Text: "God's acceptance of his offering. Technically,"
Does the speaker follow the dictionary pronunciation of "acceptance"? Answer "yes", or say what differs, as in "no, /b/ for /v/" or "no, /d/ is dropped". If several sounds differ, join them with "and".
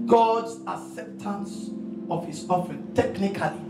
yes